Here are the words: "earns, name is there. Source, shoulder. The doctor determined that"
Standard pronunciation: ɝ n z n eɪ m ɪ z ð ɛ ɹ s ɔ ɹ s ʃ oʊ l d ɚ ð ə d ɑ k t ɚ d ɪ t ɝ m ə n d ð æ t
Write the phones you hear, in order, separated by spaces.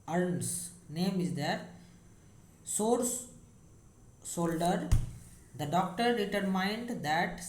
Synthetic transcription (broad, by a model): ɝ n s n eɪ m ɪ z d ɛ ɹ s ɔ ɹ s s oʊ l d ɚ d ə d ɑ k t ɚ d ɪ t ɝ m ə n d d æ t